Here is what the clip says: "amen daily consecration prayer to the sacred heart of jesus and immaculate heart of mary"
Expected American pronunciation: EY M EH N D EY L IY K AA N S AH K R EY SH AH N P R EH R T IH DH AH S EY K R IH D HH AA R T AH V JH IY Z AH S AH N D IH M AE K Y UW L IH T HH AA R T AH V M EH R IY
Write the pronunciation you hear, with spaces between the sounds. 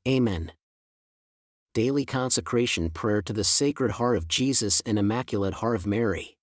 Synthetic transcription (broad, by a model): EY M EH N D EY L IY K AA N S AH K R EY SH AH N P R EH R T IH DH AH S EY K R IH D HH AA R T AH V JH IY Z AH S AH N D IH M AE K Y L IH T HH AA R T AH V M EH R IY